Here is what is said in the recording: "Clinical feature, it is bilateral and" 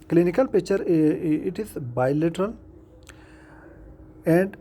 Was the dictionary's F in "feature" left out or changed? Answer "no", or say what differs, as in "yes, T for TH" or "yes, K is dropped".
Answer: yes, P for F